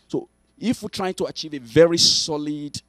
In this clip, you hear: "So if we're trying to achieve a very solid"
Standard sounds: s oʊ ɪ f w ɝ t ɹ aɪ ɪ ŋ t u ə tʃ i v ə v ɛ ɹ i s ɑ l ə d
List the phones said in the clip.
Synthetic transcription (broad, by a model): s oʊ ɪ f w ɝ t ɹ aɪ ɪ ŋ t u ə tʃ i v ə v ɛ ɹ i s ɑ l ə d